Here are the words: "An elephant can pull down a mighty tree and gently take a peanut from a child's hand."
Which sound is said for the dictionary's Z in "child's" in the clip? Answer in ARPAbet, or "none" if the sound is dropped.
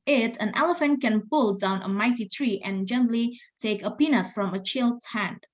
none